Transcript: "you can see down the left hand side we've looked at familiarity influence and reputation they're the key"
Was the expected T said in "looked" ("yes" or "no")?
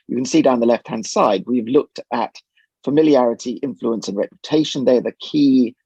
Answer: yes